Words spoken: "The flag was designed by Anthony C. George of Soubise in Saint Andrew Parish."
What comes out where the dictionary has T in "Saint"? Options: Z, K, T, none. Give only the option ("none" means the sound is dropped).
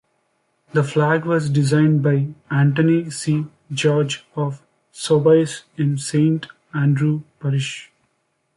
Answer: T